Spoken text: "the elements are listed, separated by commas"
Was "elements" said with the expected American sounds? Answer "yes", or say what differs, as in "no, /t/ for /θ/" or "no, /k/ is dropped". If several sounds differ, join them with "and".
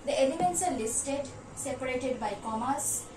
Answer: yes